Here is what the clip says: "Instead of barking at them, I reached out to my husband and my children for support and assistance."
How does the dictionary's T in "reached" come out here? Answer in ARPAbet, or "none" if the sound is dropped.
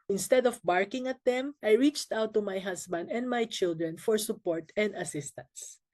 T